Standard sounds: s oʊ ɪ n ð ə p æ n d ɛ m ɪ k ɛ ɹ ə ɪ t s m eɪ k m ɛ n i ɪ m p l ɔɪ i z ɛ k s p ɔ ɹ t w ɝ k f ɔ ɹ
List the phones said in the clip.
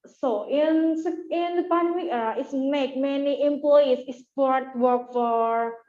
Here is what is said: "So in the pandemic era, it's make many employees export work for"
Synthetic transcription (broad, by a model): s oʊ ɪ n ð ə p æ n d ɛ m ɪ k ɛ ɹ ə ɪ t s m eɪ k m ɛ n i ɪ m p l ɔɪ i s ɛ s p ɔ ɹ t w ɝ k f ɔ ɹ